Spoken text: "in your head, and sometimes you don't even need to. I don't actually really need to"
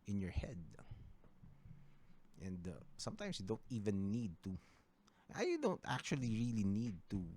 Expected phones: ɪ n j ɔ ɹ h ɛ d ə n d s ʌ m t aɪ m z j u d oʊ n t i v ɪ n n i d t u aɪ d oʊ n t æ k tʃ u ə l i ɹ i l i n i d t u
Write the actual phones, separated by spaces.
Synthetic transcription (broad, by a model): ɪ n j ɔ ɹ h ɛ d ə n d s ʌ m t aɪ m s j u d oʊ n t i v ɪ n n i d t u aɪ d oʊ n t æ k tʃ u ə l i ɹ i l i n i d t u